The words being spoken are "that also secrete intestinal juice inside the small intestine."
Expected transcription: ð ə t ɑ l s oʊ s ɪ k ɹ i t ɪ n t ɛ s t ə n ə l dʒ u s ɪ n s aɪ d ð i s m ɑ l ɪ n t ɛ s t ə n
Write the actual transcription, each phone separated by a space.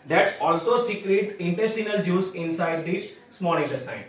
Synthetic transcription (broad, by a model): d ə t ɑ l s oʊ s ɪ k ɹ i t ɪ n t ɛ s t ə n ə l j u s ɪ n s aɪ d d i s m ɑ n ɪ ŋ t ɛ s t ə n